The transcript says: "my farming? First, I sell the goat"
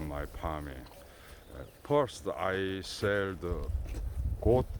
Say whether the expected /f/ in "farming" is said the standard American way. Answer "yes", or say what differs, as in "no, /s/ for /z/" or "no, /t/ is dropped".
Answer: no, /p/ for /f/